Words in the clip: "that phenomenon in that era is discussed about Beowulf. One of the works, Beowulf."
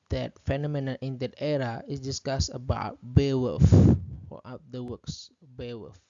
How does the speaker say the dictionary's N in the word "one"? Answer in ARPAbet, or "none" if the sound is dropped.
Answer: none